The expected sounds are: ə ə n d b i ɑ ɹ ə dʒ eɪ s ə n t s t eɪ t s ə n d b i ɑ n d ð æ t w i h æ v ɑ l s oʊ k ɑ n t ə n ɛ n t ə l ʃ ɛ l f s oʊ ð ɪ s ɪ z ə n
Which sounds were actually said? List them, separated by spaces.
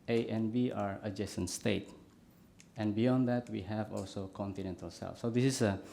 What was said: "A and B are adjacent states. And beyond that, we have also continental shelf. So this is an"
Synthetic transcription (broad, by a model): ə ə n b i ɑ ɹ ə dʒ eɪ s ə n s t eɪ t ə n b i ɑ n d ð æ t w i h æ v ɑ l s oʊ k ɑ n t ə n ɛ n t ə l s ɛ l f s oʊ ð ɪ s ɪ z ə